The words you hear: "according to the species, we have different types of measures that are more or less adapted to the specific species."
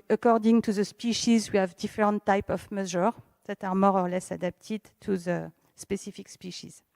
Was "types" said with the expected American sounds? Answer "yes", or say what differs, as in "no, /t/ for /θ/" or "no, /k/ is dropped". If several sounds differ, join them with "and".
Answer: no, /s/ is dropped